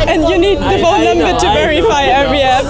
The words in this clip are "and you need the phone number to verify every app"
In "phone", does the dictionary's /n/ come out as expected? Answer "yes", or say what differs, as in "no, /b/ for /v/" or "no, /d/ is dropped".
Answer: no, /l/ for /n/